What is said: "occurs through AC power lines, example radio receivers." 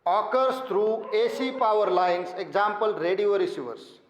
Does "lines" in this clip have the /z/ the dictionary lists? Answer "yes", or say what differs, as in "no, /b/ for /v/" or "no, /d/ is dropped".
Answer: no, /s/ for /z/